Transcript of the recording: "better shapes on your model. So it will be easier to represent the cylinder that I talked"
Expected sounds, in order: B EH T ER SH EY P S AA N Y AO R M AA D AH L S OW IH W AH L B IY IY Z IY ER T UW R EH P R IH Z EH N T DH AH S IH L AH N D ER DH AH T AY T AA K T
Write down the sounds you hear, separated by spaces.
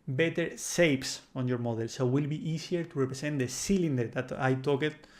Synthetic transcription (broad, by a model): B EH T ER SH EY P S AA N Y AO R M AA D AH L S OW W AH L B IY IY S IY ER T UW R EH P R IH S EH N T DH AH S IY L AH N D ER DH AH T AY T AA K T